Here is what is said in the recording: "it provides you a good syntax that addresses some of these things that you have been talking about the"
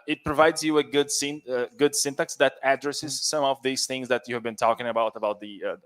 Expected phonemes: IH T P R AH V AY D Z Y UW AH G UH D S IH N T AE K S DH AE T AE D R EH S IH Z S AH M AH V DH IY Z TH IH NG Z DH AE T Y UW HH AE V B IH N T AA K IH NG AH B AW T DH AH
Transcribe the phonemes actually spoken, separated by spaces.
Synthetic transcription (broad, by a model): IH T P R AH V AY D Z Y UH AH G UH D S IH N T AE K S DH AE T AE D R EH S IH Z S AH M AH V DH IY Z TH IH NG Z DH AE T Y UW HH AE V B IH N T AA K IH NG AH B AW T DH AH